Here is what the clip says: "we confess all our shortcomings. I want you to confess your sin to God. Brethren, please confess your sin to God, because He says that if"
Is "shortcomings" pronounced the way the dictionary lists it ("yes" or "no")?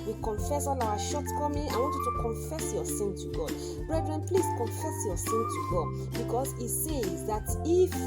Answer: no